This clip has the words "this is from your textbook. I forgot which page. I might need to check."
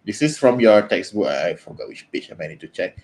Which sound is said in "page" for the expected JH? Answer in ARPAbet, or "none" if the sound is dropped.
CH